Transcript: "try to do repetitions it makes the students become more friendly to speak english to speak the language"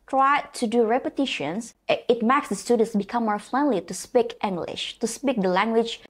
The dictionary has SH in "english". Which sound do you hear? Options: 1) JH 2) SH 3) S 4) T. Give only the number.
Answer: 2